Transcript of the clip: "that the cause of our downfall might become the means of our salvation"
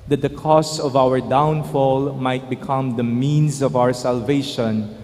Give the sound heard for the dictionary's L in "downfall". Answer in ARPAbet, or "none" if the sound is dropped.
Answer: L